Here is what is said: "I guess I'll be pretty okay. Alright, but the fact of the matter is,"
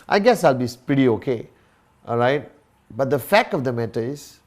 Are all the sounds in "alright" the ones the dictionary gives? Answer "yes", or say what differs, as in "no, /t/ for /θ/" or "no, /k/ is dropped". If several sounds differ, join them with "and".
yes